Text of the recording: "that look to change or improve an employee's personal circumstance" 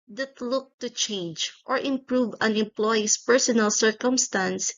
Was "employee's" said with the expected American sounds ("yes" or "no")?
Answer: no